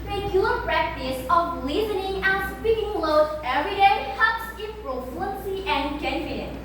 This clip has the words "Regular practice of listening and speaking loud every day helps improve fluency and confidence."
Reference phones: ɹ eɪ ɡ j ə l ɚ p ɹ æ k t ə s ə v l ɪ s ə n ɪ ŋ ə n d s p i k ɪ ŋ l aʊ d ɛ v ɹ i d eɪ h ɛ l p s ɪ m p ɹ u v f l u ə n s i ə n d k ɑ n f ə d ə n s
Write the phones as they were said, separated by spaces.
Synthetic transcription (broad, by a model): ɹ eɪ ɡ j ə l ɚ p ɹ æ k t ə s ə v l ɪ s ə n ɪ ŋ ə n s p i k ɪ ŋ l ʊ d ɛ v ɹ i d eɪ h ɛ p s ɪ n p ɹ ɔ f u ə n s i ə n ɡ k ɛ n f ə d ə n